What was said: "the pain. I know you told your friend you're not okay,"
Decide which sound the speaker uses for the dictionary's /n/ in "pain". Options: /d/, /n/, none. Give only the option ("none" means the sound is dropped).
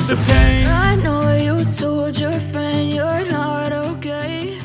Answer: none